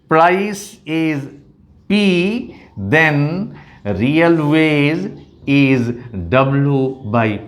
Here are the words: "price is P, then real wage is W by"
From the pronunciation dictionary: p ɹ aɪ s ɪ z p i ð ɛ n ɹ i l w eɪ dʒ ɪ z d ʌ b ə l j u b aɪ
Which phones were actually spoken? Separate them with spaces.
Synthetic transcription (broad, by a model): p ɹ aɪ s ɪ z p i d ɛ n ɹ i l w eɪ z ɪ z d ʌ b l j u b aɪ